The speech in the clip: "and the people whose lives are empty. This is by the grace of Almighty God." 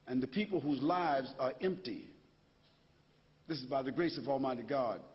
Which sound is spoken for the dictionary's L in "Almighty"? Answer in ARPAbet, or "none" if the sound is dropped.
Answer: L